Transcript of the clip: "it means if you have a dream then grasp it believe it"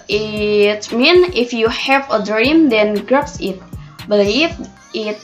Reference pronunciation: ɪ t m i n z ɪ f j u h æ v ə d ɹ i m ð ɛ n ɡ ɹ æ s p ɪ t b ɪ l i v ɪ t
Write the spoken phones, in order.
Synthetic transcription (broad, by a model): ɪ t m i n ɪ f j u h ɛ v ə d ɹ i m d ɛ n ɡ ɹ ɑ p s ɪ t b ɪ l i f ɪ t